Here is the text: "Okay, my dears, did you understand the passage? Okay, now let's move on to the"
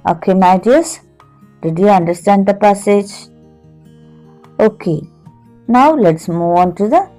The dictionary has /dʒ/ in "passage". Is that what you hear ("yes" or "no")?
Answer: yes